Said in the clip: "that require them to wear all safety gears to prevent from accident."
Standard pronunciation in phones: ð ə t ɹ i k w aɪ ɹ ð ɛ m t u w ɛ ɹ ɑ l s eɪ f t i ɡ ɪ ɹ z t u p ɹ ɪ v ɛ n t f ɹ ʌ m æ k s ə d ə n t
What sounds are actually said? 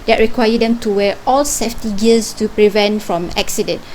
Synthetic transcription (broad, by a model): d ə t ɹ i k w aɪ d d ɛ m t u w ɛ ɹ ɑ l s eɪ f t i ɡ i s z t u p ɹ ɪ v ɛ n t f ɹ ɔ m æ k s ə d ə n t